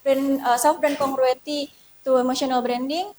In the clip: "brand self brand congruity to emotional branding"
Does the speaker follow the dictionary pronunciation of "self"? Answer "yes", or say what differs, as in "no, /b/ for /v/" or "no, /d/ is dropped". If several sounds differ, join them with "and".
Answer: no, /l/ is dropped